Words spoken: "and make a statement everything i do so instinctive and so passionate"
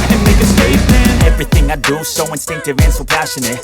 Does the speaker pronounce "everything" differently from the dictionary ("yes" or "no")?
no